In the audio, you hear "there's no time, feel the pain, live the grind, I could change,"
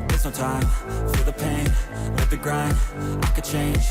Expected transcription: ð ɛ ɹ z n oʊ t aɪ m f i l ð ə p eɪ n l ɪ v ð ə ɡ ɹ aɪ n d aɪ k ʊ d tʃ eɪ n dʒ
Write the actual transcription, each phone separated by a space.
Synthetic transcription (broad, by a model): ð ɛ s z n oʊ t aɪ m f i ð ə p eɪ n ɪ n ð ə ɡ ɹ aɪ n aɪ k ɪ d tʃ eɪ n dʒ